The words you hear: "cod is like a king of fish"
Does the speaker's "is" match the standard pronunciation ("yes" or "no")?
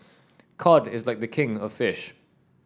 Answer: yes